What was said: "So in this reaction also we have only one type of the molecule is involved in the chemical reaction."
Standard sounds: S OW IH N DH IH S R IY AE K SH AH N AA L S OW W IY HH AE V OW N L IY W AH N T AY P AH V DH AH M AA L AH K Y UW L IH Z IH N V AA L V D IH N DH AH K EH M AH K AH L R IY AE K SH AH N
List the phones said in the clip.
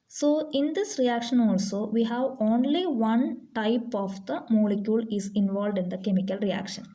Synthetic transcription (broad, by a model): S OW IH N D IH S R IY AE K SH AH N AA L S OW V IY HH AE V OW N L IY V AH N T AY P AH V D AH M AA L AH K Y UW L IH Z IH N V AA L V D IH N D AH K EH M AH K AH L R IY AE K SH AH N